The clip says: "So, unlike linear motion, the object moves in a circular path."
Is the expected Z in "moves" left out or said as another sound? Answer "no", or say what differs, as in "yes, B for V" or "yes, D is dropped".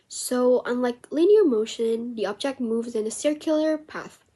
no